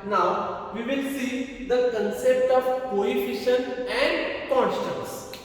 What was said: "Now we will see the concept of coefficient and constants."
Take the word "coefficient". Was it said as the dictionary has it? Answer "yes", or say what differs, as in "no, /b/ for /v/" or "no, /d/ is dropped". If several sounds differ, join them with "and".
no, /t/ is dropped